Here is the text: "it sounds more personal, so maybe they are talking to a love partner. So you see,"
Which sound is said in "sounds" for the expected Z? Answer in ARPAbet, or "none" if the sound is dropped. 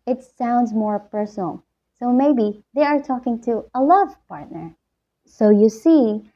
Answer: Z